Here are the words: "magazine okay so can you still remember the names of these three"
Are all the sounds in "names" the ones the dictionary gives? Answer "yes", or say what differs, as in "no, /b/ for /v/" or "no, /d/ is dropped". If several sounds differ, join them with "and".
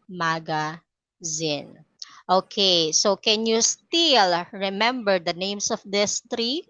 no, /s/ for /z/